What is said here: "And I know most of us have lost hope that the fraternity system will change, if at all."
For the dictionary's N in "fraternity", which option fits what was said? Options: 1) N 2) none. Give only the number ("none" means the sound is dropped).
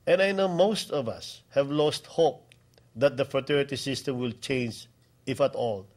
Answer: 2